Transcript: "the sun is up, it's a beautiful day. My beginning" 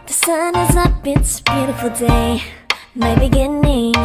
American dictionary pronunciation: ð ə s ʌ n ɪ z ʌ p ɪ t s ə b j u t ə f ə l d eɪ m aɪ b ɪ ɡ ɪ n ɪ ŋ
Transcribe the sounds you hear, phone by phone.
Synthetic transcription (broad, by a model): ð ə s ʌ n ɪ z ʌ b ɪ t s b j u t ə f l d eɪ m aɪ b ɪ ɡ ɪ n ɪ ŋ